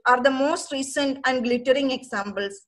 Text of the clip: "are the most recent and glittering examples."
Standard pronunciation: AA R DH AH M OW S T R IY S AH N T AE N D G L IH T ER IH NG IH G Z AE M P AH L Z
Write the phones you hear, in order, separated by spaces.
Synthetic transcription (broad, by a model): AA R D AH M OW S T R IY S AH N T AE N D G L IH T ER IH NG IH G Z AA M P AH L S